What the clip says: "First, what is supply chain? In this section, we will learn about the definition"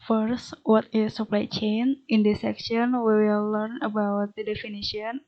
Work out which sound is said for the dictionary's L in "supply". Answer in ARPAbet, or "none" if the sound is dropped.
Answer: L